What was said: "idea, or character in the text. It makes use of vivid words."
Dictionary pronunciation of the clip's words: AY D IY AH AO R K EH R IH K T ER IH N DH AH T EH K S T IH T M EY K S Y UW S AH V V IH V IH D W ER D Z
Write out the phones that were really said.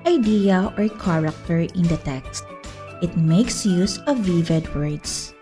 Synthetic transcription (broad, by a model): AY D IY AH AO R K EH R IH K T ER IH N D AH T EH K S T IH T M EY K S Y UW S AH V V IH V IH D W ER D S